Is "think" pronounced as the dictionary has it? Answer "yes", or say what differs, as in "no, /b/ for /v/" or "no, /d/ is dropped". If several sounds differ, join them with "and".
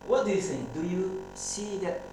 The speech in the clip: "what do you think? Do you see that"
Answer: no, /s/ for /θ/